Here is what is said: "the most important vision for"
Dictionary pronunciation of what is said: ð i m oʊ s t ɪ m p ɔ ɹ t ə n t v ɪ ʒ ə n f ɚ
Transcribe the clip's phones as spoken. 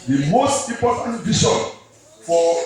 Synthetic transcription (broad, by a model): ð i m oʊ s t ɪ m p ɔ t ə n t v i ʃ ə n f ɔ